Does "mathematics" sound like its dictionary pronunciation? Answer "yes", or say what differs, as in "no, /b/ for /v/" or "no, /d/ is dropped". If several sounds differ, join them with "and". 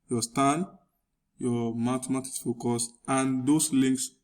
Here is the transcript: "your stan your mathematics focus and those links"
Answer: no, /t/ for /θ/